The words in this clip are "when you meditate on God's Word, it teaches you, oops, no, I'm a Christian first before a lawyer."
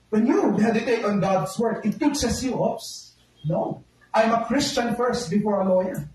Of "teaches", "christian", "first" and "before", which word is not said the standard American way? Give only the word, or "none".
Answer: teaches